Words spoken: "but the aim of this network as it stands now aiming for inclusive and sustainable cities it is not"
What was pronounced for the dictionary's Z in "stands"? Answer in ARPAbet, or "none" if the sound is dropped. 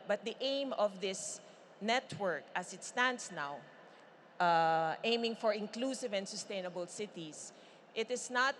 S